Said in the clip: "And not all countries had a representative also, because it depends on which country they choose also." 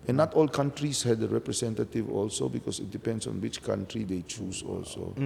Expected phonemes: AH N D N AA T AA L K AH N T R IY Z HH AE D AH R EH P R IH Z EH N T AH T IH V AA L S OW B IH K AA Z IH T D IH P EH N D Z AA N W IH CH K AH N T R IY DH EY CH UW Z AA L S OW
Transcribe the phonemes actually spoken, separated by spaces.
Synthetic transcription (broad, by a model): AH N N AA T AA L K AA N T R IY S HH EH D AH R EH P R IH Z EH N T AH T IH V AA L S OW B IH K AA S IH T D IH P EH N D S AA N W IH CH K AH N T R IY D EY CH UW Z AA L S OW